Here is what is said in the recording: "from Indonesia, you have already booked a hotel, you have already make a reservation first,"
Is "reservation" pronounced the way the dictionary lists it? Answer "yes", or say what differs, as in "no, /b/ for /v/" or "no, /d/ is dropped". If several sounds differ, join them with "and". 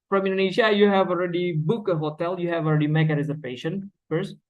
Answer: no, /p/ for /v/